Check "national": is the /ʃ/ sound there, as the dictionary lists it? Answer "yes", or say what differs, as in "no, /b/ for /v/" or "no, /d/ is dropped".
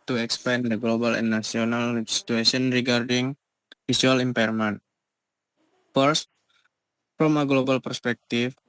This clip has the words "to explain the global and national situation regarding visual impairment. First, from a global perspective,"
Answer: no, /ʃ/ is dropped